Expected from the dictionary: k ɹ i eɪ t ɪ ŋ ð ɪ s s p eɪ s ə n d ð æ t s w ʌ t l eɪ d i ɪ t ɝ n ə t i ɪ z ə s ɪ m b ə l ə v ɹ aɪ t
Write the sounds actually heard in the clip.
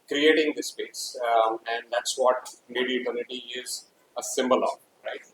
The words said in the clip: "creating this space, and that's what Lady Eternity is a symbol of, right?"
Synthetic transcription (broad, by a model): k ɹ i eɪ t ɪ ŋ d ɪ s s p eɪ s ə n d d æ t s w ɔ t n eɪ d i ɪ t ɝ n ə t i ɪ z ə s ɪ m b ə l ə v ɹ aɪ t